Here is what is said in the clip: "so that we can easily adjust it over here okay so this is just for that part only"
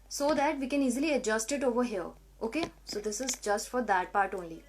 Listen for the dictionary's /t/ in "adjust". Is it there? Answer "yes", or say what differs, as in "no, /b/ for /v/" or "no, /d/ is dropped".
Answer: yes